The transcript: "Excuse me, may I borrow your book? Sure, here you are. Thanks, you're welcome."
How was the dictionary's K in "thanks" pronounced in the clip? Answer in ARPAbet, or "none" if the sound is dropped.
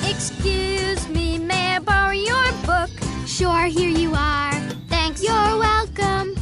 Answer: K